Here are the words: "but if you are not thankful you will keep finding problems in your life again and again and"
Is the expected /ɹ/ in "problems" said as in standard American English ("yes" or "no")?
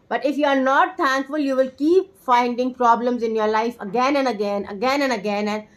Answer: yes